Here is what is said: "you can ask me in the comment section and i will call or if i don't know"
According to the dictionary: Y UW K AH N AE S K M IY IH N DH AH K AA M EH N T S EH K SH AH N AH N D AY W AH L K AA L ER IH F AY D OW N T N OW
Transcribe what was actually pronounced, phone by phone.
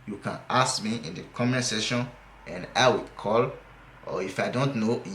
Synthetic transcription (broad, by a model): Y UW K AH N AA S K M IY IH N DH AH K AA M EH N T S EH SH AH N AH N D AY W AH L K AA L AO IH F AY D OW N T N OW